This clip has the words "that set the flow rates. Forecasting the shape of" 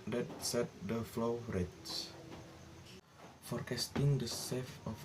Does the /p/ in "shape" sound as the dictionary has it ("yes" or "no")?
no